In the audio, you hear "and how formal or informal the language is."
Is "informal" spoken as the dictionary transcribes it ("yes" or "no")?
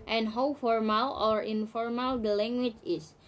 yes